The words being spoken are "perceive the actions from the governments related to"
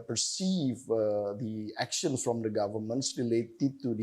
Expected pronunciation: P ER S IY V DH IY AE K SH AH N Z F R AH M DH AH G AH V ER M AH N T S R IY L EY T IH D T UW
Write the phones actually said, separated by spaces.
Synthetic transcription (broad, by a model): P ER S IY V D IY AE K SH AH N S F R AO M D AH G AH V ER M AH N T S R IY L EY T IH D T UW